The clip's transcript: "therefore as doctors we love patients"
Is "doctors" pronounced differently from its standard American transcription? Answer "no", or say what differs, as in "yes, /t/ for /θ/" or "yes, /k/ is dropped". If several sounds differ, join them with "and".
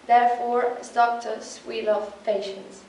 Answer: yes, /s/ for /z/